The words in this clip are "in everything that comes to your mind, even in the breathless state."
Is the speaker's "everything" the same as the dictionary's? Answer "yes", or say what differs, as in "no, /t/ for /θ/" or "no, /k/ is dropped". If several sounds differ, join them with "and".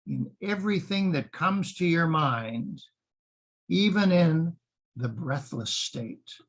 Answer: yes